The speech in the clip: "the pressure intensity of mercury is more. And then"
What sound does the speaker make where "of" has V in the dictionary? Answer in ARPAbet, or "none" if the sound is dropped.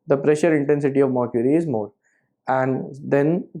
V